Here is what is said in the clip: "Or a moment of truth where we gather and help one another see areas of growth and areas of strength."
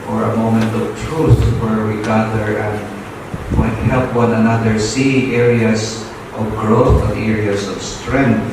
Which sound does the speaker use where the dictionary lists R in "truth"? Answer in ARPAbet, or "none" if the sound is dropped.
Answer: R